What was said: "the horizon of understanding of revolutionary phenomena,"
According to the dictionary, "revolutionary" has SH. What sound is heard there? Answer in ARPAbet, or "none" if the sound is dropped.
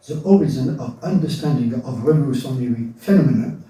S